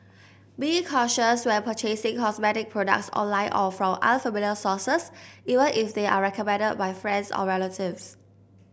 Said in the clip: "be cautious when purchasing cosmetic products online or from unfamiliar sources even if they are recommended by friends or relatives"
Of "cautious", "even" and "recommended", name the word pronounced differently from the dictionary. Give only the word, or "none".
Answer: none